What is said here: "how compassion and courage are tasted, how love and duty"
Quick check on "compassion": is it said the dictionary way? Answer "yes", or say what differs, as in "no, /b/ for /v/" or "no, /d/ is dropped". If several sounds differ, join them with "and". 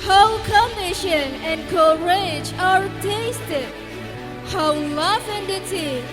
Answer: no, /p/ is dropped